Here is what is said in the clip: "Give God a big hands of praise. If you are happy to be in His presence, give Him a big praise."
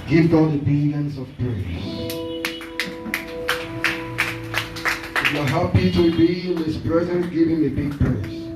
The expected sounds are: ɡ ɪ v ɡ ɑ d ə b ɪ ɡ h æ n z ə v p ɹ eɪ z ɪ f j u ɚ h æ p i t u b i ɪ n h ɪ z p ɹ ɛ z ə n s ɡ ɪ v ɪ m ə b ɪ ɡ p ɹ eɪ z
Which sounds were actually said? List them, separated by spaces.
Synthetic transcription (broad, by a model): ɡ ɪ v ɡ ɑ d ə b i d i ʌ n s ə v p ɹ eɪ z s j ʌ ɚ h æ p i t u b i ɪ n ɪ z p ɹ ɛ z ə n ɡ ɪ v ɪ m ə b ɪ ɡ p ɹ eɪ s